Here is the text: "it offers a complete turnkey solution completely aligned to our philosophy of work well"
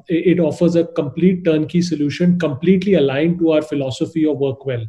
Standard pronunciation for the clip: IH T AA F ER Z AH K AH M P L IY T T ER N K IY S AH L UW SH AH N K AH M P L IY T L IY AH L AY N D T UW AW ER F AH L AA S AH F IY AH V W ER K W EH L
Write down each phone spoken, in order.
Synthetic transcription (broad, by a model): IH T AA F ER Z AH K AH M P L IY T T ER N K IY S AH L UW SH AH N K AH M P L IY T L IY AH L AY N D T UW AW ER F AH L AA S AH F IY AH V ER K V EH L